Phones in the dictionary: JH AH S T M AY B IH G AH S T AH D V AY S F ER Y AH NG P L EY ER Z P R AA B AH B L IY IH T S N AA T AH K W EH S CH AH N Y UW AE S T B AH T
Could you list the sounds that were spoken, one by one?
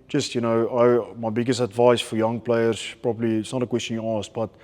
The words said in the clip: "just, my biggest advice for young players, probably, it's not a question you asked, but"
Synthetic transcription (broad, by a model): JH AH S T M AY B IH G AH S T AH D V AY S F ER Y AH NG P L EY ER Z P R AA B AH B L IY IH T S N AA T AH K W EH S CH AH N Y UW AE S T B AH T